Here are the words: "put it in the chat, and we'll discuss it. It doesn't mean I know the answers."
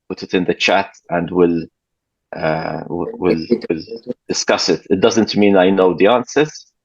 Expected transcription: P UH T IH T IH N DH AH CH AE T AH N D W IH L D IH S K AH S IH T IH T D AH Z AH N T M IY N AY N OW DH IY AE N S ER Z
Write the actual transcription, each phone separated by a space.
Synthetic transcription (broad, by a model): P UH T IH T IH N DH AH CH AE T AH N D W IH L D IH S K AH S IH T IH T D AH Z AH N T M IY N AY N OW DH IY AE N S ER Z